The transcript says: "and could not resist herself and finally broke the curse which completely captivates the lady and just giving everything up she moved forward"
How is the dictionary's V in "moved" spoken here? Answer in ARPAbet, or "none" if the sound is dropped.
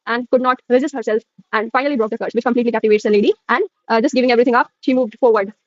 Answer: V